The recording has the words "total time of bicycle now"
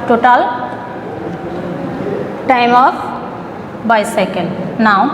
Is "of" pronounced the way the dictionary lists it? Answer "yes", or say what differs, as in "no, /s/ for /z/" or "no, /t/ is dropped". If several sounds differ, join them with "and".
no, /p/ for /v/